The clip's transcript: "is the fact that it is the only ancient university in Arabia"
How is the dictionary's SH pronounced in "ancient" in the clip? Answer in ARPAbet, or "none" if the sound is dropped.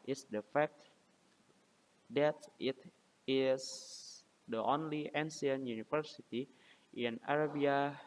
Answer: S